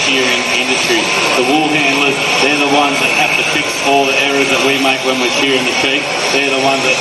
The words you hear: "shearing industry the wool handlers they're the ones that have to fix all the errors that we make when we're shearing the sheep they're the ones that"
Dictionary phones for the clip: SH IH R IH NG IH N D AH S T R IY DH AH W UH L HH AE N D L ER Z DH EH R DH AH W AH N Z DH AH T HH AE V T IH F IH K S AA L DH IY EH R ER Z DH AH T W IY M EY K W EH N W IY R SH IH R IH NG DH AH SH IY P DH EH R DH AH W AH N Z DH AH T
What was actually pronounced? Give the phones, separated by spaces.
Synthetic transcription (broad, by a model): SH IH R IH NG IH N D AH S T R IY DH AH W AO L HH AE N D L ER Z DH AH R DH AH W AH N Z DH AH T HH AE F T IH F IH K S AA L DH IY EH R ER Z DH AH T W IY M EY K W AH N W IY R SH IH R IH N DH AH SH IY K DH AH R DH AH W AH N DH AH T